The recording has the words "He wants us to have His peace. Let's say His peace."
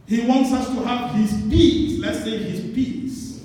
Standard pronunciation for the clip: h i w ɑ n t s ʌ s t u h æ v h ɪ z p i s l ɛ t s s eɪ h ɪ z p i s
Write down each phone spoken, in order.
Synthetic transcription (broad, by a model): h i w ɑ n t s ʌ s t u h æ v h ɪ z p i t l ɛ t s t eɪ h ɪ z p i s